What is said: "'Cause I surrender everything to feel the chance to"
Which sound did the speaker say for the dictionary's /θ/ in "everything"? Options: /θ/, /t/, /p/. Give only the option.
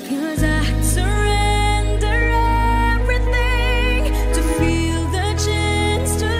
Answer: /θ/